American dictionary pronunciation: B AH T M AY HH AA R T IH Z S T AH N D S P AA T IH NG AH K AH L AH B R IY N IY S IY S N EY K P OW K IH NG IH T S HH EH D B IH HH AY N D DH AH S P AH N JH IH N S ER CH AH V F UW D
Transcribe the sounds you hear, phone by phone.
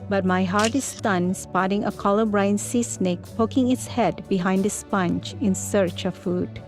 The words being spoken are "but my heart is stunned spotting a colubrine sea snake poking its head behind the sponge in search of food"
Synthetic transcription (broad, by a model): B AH T M AY HH AA R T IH S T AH N S P AA T IH NG AH K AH L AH B R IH N S IY S N EY K P OW K IH NG IH T S HH EH D B IH HH AY N D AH S P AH N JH IH N S ER CH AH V F UW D